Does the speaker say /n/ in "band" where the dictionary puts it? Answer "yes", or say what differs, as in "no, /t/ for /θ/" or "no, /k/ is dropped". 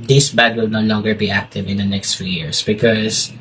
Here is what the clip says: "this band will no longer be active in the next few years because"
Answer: no, /n/ is dropped